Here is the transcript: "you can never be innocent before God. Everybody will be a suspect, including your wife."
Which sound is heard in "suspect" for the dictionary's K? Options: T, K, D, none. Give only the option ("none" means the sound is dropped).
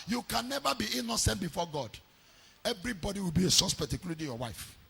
none